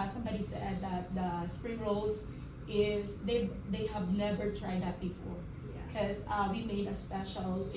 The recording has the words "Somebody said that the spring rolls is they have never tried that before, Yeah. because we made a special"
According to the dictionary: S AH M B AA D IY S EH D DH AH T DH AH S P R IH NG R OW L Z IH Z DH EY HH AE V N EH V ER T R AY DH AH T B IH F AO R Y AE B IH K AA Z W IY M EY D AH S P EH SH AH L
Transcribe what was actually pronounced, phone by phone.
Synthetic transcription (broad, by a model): S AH M B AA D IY S EH D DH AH T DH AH S P R IH NG R OW L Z IH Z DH EY HH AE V N EH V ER T R AY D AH T B IH F AO R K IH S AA W IY M EY D AH S P EH SH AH L